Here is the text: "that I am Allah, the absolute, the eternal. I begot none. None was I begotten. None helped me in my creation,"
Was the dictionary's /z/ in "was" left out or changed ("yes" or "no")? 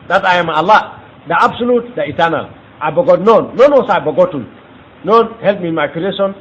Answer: yes